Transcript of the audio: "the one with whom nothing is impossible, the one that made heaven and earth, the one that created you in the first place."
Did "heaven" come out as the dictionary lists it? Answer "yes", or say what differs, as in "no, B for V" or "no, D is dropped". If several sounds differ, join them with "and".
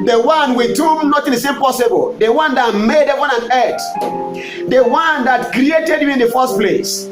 no, W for V